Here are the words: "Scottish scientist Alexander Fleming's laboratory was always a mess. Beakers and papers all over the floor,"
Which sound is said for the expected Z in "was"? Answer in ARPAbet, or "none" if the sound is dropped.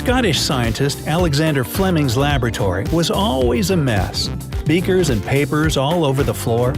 Z